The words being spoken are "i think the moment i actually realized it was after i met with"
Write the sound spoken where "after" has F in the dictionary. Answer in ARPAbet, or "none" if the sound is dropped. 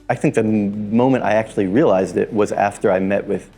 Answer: F